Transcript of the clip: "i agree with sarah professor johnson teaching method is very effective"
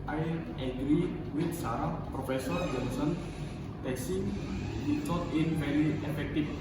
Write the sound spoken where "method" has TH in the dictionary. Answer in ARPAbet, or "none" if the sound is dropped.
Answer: S